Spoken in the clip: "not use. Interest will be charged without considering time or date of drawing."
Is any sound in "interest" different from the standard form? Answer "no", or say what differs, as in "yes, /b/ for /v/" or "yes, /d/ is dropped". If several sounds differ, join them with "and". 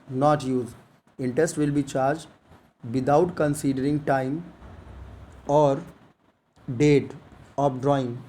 yes, /ɹ/ is dropped